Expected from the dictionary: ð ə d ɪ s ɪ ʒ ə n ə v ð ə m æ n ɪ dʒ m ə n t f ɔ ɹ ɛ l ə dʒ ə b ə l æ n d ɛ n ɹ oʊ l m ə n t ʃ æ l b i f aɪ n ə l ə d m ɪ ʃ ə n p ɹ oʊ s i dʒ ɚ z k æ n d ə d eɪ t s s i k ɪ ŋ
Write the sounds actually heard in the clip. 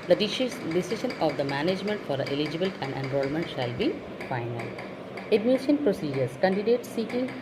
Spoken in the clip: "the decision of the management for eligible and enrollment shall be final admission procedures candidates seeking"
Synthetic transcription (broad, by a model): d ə d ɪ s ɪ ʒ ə n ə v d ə m æ n ɪ dʒ m ə n t f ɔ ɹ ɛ l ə dʒ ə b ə l æ n d ɛ n ɹ oʊ l m ə n t ʃ æ l b i f aɪ n ə l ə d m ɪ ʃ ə n p ɹ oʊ s i dʒ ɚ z k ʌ n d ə d eɪ t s s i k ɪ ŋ